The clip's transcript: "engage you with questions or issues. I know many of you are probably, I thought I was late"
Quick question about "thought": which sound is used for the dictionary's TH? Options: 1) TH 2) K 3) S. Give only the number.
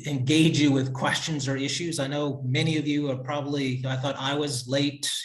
1